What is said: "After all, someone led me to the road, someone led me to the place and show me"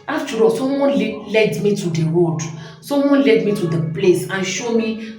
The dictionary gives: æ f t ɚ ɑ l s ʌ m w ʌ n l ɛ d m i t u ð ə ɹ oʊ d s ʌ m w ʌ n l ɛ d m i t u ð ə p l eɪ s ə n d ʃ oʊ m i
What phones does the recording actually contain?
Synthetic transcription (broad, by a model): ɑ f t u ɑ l s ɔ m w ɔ n l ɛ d m i t u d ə w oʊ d s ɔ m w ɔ n l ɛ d m i t u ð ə p l eɪ s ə n ʃ oʊ m i